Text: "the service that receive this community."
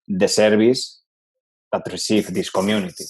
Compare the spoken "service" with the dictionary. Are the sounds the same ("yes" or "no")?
no